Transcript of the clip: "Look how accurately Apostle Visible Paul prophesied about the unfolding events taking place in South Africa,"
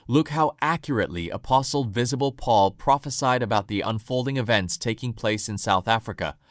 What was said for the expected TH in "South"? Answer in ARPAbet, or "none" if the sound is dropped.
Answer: TH